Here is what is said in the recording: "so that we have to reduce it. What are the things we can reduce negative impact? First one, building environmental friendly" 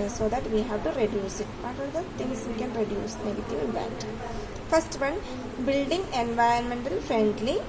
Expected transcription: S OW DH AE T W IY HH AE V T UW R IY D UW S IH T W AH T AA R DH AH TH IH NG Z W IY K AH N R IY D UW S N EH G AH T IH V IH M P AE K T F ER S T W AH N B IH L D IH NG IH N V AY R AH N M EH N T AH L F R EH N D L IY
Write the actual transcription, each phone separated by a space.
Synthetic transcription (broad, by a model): S OW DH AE T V IY HH AE V T UW R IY D UW S IH T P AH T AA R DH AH T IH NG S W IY K AH N R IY D UW S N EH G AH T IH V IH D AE T F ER S T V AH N B IH L D IH NG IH N V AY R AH N M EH N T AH L F R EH N D L IY